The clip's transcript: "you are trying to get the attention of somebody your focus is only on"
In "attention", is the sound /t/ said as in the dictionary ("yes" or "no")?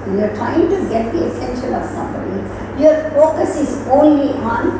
no